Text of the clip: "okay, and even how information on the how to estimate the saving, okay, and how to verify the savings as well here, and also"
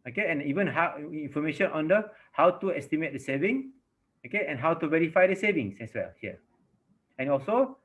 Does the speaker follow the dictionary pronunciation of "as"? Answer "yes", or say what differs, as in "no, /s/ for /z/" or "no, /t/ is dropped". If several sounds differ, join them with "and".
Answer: no, /s/ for /z/